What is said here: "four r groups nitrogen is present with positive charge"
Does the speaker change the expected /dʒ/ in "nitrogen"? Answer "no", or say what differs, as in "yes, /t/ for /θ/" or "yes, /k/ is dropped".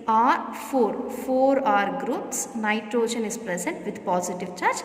yes, /ʃ/ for /dʒ/